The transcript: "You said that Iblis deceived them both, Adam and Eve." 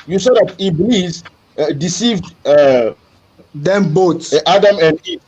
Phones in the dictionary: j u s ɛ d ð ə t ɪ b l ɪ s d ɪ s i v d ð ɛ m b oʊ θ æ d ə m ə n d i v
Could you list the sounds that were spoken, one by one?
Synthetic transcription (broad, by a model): j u s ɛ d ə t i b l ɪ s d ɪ s i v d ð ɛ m b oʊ t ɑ d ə m ə n d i